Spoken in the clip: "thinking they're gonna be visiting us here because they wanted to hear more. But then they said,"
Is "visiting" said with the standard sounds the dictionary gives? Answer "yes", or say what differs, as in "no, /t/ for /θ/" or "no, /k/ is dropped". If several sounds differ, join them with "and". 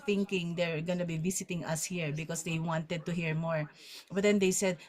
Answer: no, /s/ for /z/